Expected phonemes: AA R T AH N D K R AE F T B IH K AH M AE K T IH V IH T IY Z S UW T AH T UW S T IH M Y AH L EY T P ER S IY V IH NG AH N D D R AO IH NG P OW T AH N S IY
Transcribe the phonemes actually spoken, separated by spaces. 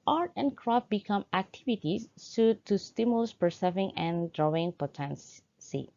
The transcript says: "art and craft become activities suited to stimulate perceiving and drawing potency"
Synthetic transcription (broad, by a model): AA R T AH N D K R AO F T B IH K AH M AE K T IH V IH T IY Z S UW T T UW S T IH M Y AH L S P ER S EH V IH NG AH N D D R AO IH NG P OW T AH N S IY